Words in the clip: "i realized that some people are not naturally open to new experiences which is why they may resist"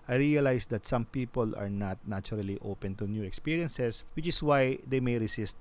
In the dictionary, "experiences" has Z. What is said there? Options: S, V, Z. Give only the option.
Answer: S